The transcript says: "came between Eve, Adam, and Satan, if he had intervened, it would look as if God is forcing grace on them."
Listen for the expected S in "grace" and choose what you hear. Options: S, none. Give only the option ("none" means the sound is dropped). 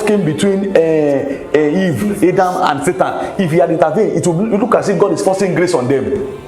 S